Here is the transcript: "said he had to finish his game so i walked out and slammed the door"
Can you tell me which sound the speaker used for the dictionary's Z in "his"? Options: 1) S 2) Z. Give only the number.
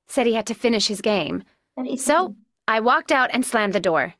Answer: 2